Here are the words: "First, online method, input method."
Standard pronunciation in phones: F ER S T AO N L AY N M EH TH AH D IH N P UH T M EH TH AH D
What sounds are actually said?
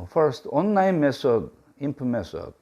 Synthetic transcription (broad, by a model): F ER S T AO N AY M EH S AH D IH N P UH M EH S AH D